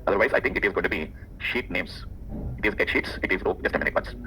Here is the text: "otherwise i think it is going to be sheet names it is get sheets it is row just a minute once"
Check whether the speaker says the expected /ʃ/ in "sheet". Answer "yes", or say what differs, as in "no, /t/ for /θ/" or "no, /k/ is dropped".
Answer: yes